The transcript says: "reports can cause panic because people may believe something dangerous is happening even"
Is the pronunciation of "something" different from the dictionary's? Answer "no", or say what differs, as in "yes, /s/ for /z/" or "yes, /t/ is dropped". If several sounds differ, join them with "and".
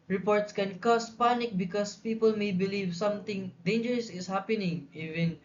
yes, /t/ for /θ/